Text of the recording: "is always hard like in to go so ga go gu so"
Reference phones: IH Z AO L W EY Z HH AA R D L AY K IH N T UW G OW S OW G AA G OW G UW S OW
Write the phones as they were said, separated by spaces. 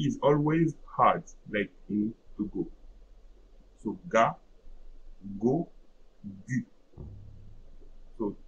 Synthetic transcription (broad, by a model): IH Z AO L W EY Z HH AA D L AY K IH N T UW G OW S OW G AA G OW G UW S OW